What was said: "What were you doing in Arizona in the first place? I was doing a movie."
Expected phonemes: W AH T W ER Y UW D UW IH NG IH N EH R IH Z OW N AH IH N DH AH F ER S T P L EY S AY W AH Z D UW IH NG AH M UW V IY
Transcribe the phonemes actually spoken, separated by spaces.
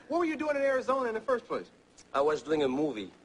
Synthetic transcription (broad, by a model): W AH T W ER Y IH D UW IH NG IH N EH R IH Z OW N AH IH N DH AH F ER S T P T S AY W AH Z D UW IH NG AH M UW V IY